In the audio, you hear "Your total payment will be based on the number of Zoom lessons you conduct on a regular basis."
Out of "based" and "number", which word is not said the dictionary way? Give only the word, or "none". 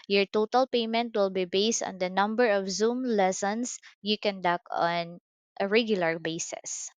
none